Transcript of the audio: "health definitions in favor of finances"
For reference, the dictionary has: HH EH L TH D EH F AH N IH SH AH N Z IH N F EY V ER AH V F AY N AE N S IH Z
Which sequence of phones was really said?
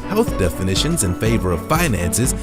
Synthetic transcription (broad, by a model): HH EH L TH D EH F AH N IH SH AH N Z IH N F EY V ER AH V F AY N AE N S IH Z